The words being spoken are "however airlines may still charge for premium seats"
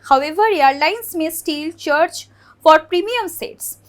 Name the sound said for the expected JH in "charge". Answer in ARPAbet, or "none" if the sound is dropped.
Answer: CH